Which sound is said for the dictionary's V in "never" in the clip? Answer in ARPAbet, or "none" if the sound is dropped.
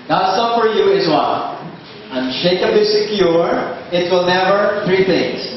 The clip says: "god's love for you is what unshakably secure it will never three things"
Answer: V